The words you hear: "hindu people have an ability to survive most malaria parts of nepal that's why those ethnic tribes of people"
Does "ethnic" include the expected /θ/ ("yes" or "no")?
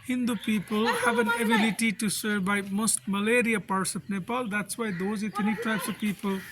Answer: no